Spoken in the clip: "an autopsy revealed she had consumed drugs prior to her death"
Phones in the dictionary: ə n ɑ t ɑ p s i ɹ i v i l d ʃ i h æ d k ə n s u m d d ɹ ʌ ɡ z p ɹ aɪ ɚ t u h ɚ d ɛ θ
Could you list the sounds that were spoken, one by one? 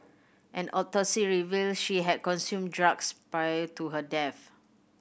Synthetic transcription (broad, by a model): ə n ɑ t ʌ s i ɹ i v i l ʃ i h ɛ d k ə n s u m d d ɹ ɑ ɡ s p ɹ aɪ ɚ t u h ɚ d ɛ f